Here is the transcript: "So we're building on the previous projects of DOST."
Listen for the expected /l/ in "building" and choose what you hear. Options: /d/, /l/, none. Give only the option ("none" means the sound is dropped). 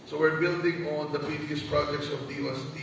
/l/